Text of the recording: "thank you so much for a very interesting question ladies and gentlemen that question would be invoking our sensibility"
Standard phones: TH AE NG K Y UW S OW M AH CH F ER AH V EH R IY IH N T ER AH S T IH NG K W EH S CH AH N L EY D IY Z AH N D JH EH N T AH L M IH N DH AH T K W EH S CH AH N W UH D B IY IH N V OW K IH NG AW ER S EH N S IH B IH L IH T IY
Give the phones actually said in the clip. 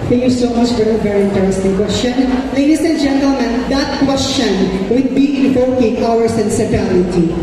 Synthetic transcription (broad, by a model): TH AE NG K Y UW S OW M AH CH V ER AH V EH R IY IH N T ER AH S T IH NG K W EH S CH AH N L EY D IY S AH N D JH EH N T AH L M IH N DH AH T K W EH S CH AH N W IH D B IY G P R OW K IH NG AW ER S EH N S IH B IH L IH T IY